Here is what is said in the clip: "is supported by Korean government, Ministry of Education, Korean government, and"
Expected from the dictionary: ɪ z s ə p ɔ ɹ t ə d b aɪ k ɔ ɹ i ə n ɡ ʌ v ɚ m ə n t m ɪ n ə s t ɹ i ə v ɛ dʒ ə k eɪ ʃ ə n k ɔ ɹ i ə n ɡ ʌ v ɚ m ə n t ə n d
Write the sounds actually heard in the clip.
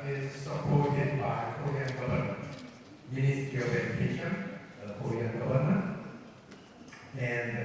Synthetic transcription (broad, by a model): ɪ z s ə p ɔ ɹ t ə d b aɪ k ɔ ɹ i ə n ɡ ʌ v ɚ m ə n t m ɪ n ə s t i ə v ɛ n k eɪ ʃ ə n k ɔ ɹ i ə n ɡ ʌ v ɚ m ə n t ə n